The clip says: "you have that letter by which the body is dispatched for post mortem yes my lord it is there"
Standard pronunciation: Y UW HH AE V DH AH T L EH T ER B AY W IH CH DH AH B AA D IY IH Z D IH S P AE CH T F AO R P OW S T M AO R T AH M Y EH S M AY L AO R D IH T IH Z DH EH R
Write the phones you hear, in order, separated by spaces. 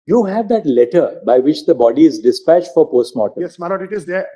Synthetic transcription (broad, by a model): Y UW HH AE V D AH T L EH T ER B AY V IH CH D AH B AA D IY IH Z D IH S P AE CH T F AO R P OW S T M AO T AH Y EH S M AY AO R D IH T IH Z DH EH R